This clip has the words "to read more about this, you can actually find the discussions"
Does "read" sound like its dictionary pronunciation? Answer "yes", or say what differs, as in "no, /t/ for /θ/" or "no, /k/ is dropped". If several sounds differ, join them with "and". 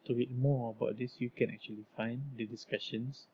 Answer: no, /w/ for /ɹ/